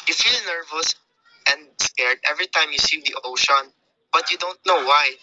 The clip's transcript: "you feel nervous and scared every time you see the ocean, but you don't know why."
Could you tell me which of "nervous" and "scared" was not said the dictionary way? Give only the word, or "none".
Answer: none